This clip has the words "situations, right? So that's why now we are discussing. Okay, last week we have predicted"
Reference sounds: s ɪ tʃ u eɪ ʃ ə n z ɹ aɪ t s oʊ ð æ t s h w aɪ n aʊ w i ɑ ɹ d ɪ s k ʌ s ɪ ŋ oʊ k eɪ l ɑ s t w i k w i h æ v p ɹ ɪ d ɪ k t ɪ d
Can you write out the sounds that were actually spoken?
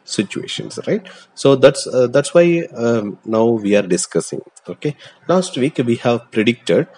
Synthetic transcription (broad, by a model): s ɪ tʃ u eɪ ʃ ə n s ɹ aɪ t s oʊ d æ t s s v aɪ n aʊ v i ɑ ɹ d ɪ s k ʌ s ɪ ŋ oʊ k eɪ l ɑ s t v i k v i h æ v p ɹ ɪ d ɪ k t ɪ d